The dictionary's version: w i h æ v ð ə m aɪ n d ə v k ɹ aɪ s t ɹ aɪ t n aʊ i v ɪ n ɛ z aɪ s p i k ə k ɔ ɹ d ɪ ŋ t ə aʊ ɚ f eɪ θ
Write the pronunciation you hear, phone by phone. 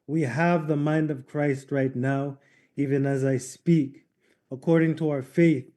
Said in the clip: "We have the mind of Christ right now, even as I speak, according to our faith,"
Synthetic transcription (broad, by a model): w i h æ v ð ə m aɪ n d ə v k ɹ aɪ s t ɹ aɪ t n aʊ i v ɪ n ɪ z aɪ s p i k ə k ɔ ɹ d ɪ ŋ t ə aʊ ɚ f eɪ θ